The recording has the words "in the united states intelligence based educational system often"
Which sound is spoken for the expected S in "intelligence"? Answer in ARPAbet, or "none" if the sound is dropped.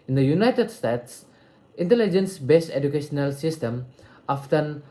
S